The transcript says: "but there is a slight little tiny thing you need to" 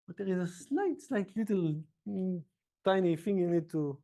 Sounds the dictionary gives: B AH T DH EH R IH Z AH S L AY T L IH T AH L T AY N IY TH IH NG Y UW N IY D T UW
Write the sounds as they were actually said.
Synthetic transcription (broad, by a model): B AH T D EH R IH Z AH S L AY T L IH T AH L T AY N IY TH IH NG Y UW N IY D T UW